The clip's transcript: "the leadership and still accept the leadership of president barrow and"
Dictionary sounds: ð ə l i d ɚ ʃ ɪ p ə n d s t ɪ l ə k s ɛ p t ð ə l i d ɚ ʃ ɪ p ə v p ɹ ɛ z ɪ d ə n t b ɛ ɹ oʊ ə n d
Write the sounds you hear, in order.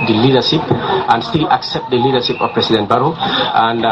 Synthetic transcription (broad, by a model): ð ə l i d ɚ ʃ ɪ p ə n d s t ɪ l ə k s ɛ p t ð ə l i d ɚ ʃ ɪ p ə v p ɹ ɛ s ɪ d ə n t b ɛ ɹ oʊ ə n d